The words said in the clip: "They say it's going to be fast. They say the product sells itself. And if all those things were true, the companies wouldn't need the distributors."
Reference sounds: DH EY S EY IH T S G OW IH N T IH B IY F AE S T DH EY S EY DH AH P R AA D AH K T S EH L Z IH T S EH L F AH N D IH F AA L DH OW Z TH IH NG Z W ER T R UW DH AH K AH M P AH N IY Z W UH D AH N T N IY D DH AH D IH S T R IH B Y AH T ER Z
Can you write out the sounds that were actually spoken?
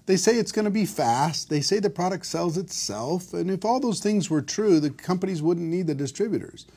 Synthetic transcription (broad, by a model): DH EY S EY IH T S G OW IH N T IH B IY F AE S T DH EY S EY DH AH P R AA D AH K T S EH L Z IH T S EH L F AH N IH F AA L DH OW Z TH IH NG Z W ER T R UW DH AH K AH M P AH N IY Z W UH D N N IY D DH AH D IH S T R IH B Y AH T ER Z